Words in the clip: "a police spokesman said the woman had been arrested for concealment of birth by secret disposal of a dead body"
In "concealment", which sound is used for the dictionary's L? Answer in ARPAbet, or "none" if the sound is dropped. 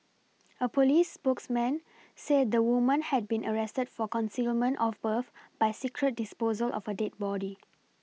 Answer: L